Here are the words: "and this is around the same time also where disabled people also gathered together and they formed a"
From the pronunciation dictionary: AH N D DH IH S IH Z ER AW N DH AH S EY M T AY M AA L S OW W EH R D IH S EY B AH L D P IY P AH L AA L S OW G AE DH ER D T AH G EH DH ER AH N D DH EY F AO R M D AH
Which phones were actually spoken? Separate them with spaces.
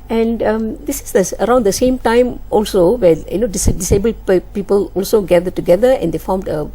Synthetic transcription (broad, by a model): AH N D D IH S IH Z ER AW N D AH S EY M T AY M AA L S OW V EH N D IH S EY B AH L D P IY P AH L AA L S OW G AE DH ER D T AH G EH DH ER AH N D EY F AO R M D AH